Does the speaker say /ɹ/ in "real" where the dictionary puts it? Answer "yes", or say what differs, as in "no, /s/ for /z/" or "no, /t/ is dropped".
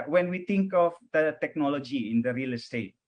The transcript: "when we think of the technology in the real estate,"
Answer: yes